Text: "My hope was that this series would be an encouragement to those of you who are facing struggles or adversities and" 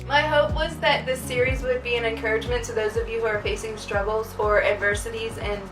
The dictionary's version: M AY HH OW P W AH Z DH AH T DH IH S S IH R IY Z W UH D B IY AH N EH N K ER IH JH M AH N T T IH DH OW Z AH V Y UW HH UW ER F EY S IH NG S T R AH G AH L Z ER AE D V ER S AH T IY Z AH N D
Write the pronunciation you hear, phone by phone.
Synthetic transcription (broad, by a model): M AY HH OW P W AH Z DH AH T DH IH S S IH R IY Z W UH D B IY AH N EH N K ER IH JH M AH N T T IH DH OW Z AH V Y UW HH UW ER F EY S IH NG S T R AH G L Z ER AE D V ER S AH T IY Z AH N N